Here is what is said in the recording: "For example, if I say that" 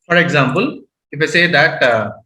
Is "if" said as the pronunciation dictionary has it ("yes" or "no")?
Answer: yes